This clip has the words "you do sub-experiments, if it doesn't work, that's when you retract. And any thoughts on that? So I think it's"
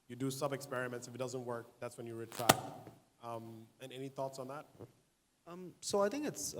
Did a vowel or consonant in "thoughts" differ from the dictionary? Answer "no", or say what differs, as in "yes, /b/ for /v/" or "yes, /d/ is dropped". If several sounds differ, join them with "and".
no